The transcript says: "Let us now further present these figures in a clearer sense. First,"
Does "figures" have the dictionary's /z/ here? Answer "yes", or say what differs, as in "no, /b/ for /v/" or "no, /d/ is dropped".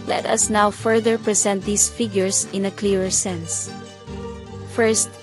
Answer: no, /s/ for /z/